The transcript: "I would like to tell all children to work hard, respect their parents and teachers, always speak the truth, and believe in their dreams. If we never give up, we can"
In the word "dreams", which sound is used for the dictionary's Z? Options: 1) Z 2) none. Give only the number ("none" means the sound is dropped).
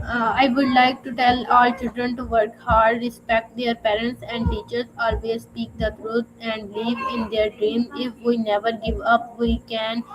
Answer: 2